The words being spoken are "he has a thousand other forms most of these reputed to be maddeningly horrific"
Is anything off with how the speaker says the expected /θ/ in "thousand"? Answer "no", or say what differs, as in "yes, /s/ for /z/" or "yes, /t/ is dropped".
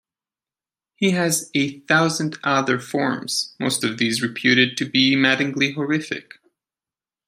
no